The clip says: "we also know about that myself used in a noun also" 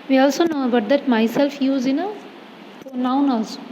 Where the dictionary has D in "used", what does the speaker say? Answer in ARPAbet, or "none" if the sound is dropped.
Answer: none